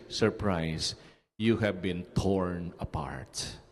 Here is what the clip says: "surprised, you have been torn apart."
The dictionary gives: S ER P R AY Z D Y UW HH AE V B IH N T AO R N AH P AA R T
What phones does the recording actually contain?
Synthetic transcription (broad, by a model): S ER P R AY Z Y UW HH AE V B IH N T AO R N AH P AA R T